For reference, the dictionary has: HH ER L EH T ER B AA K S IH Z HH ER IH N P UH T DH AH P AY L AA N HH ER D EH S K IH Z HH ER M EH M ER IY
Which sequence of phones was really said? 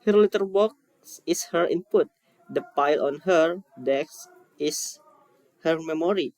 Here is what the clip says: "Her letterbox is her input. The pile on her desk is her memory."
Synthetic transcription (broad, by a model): HH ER L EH T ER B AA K S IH S HH ER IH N P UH T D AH P AY L AA N HH ER D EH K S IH S HH ER M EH M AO IY